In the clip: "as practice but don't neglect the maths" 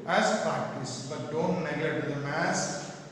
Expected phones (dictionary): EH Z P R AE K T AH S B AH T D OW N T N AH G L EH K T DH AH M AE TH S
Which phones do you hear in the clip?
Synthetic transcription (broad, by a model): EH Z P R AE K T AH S B AH T D OW N T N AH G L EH T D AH M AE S